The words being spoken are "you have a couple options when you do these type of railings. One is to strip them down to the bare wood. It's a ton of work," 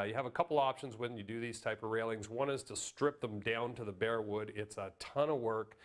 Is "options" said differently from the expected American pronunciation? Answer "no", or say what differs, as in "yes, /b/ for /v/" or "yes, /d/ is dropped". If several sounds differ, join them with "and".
no